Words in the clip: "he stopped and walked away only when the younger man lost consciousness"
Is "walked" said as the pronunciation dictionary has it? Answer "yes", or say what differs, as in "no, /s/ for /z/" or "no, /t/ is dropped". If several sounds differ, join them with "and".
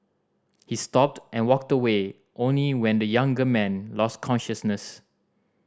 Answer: yes